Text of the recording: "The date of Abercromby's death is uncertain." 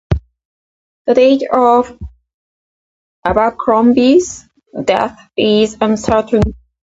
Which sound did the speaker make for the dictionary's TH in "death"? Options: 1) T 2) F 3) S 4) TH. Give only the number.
4